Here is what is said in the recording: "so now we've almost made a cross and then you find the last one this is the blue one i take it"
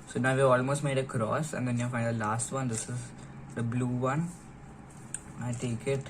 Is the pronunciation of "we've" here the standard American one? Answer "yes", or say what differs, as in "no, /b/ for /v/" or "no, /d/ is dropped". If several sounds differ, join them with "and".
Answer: no, /v/ is dropped